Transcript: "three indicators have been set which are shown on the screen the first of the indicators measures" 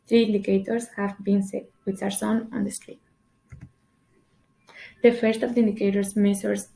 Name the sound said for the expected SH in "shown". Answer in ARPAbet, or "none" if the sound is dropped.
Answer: S